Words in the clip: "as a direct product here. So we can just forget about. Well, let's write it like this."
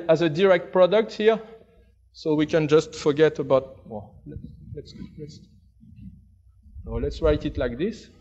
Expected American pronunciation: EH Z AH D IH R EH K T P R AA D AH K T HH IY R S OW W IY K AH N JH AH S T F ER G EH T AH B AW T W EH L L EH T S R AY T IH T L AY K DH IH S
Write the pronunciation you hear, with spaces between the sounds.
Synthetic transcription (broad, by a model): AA Z AH D IH R EH K T P R AA D AH K T HH IY R S OW W IY K AH N JH AH S T F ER G EH T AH B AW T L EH L L EH T S R AY T IH T L AY K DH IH S